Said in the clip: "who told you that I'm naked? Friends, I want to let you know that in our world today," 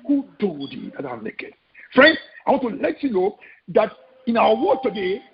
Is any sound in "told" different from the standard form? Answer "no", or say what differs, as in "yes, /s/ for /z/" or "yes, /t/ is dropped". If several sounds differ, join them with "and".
yes, /l/ is dropped